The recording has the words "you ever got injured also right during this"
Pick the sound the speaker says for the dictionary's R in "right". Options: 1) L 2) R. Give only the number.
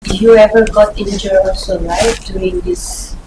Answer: 1